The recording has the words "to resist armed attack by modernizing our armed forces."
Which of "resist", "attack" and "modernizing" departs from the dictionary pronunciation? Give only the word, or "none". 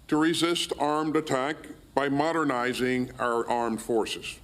none